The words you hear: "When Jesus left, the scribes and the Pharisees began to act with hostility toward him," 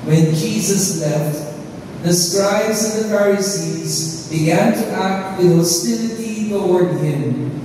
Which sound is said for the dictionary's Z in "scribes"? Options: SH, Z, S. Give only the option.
Z